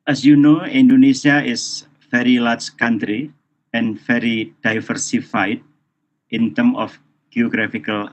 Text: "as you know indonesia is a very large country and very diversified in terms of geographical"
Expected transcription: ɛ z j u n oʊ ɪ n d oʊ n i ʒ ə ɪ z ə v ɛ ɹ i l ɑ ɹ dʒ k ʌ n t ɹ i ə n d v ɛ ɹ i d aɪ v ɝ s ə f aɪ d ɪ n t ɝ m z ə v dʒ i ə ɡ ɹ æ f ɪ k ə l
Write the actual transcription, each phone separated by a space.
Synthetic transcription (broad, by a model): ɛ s j u n oʊ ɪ n d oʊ n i s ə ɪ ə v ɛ ɹ i l ɑ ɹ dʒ k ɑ n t ɹ i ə n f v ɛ ɹ i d aɪ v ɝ s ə f aɪ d ɪ n t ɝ m ə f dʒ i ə ɡ ɹ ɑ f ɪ k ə l